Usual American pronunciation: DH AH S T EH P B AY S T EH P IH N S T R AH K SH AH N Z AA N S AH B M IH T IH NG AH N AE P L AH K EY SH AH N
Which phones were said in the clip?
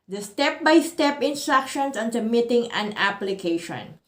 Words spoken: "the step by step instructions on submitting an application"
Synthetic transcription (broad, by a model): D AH S T EH P B AY S T EH P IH N S T R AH K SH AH N S AA N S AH M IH T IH NG AH N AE P L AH K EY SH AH N